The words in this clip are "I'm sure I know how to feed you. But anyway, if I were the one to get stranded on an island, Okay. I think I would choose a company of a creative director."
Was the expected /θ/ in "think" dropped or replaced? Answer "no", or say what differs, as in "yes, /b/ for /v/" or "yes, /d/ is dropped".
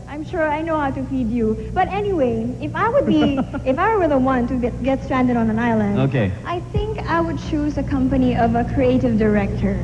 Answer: no